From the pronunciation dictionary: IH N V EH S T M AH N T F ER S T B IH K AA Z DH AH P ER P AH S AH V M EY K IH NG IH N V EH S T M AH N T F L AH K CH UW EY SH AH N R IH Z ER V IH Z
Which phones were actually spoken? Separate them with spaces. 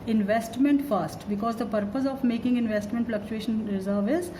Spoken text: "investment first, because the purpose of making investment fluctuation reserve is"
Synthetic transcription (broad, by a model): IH N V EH S T M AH N T F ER S T B IH K AA Z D AH P ER P AH S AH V M EY K IH NG IH N V EH S T M AH N T F L AH K CH UW EY SH AH N R IH Z ER V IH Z